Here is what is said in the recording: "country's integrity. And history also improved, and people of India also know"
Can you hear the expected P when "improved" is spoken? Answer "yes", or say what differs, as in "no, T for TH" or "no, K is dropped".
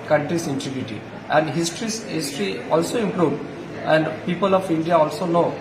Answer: yes